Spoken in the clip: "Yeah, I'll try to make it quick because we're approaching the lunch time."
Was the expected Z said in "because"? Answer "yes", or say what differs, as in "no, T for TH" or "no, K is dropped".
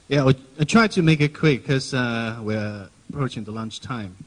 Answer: no, Z is dropped